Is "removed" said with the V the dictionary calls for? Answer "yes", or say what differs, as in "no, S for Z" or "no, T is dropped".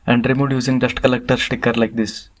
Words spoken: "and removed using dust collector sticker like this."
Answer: no, V is dropped